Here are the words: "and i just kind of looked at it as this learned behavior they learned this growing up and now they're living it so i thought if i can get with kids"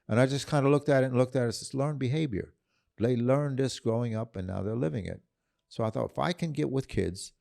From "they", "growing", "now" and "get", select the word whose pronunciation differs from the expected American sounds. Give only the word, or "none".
none